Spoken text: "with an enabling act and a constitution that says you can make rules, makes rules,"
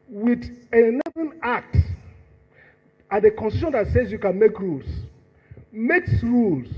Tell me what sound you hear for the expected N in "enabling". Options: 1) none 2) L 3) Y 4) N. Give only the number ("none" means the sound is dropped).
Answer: 1